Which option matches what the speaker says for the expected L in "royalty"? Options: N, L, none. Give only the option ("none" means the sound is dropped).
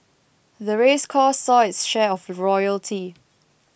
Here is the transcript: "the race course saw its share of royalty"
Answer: L